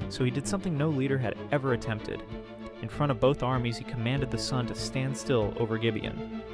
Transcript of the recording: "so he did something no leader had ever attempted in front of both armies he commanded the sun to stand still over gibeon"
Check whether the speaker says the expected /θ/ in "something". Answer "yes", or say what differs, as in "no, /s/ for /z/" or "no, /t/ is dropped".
yes